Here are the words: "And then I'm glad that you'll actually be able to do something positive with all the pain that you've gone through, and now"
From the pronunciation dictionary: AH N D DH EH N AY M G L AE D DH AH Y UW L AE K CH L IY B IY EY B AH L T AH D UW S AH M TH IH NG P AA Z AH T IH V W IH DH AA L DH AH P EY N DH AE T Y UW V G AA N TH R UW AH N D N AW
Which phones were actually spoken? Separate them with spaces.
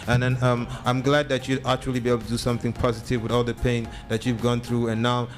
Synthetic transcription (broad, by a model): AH N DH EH N AY M G L AE D DH AH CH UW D AE K CH L IY B IY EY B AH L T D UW S AH M TH IH NG P AA Z AH T IH V W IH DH AA L DH AH P EY N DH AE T Y UW V G AA N TH R UW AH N N AW